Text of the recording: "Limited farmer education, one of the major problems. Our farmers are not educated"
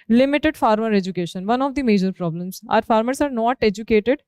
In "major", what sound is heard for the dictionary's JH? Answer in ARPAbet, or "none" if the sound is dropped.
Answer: JH